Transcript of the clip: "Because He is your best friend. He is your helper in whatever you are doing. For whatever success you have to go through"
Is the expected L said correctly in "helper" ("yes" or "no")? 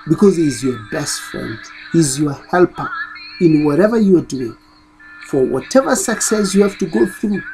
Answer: yes